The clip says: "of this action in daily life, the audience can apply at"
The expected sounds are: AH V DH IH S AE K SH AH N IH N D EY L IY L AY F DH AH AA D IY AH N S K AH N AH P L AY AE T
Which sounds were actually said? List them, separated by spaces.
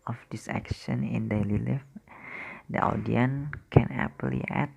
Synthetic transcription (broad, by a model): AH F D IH S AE K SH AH N IH N D EY L IY L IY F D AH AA D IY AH N K AH N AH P L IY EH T